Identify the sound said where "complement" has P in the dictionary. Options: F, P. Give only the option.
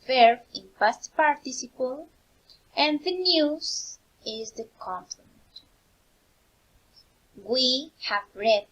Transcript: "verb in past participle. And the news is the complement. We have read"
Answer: F